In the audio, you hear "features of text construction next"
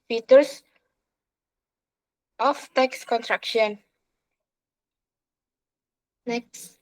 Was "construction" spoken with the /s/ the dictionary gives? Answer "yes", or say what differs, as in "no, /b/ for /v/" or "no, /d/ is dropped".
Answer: no, /s/ is dropped